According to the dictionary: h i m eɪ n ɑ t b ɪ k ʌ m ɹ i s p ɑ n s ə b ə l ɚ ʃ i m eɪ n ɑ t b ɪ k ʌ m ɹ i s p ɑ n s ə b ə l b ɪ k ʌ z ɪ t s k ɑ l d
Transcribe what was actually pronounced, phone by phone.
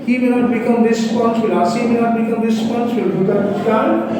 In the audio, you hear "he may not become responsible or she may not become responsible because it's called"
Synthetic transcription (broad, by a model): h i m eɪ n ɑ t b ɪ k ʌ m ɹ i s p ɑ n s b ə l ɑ s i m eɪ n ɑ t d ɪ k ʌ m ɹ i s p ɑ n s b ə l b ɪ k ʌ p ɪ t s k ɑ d